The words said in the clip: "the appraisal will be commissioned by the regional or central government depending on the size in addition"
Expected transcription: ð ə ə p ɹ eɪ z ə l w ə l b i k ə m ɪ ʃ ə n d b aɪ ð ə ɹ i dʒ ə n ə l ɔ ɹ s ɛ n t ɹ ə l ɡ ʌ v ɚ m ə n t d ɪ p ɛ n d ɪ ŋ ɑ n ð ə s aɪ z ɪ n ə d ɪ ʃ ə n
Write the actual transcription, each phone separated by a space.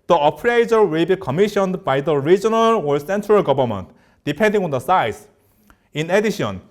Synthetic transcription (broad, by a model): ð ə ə p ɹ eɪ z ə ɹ w ə l b i k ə m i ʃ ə n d b aɪ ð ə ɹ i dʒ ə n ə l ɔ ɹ s ɛ n t ɹ ə l ɡ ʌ b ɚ m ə n t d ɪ p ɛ n d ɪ ŋ ɑ n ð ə s aɪ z ɪ n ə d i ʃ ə n